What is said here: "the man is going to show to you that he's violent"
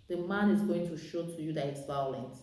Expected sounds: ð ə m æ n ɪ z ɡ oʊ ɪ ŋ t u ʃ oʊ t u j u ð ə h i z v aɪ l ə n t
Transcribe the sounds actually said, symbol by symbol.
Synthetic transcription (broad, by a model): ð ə m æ n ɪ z ɡ oʊ ɪ ŋ t u ʃ oʊ t u j u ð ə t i s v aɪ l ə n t